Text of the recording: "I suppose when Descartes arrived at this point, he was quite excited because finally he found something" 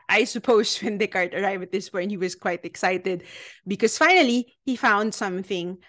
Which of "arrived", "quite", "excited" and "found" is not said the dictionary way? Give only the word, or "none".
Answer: arrived